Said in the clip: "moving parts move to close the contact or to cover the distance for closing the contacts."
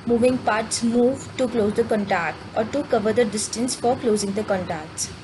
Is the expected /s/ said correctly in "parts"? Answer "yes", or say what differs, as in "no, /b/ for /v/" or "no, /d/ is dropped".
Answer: yes